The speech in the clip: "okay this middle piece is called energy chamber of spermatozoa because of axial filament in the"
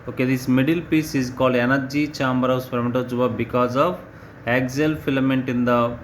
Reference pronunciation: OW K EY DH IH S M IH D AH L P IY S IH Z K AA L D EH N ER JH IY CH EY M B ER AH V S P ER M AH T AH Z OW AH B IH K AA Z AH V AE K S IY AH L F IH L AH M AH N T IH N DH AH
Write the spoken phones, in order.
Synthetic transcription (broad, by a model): OW K EY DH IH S M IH D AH L P IY S IH Z K AA L D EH N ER JH IY CH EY M B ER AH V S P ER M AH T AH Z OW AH B IH K AA Z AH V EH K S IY L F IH L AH M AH N T IH N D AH